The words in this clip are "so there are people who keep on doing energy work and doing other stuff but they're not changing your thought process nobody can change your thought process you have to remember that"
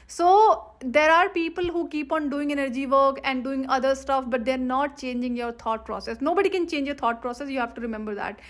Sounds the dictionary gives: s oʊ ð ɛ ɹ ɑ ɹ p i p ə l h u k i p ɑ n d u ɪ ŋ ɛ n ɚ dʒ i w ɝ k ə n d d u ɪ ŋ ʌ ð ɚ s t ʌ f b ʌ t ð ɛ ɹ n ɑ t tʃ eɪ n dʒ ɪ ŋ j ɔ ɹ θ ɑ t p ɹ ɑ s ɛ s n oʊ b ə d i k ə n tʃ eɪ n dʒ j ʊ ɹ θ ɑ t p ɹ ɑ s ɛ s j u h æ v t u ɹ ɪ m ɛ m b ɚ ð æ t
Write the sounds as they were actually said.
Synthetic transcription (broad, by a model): s oʊ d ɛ ɹ ɑ ɹ p i p ə l h u k i p ɑ n d u ɪ ŋ ɛ n ɚ dʒ i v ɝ k ə n d d u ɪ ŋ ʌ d ɚ s t ʌ f b ʌ t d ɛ ɹ n ɑ t tʃ eɪ n dʒ ɪ ŋ j ɔ ɹ t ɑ t p ɹ ɑ s ɛ s n oʊ b ə d i k ə n tʃ eɪ n dʒ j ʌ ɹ t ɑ t p ɹ ɑ s ɛ s j u h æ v t u ɹ ɪ m ɛ m b ɚ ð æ t